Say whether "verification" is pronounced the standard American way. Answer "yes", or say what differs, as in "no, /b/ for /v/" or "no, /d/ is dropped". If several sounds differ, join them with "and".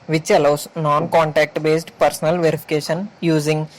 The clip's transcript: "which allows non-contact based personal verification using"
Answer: yes